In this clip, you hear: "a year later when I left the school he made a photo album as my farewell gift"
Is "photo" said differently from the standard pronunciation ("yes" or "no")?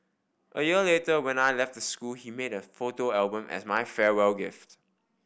no